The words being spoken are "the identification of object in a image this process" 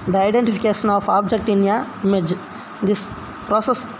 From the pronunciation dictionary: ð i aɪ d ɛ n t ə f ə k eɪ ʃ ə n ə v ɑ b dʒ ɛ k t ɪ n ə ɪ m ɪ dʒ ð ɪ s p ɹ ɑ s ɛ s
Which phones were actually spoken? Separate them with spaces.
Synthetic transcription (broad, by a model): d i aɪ d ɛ n t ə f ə k eɪ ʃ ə n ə f ɑ b dʒ ɛ k t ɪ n ə m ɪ dʒ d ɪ s p ɹ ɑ s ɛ s